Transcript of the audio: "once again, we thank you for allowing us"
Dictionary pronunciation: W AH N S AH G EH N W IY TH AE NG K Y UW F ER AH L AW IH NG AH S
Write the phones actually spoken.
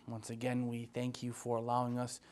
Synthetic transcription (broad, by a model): W AH N S AH G EH N W IY TH AE NG K Y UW F ER AH L AW IH NG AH S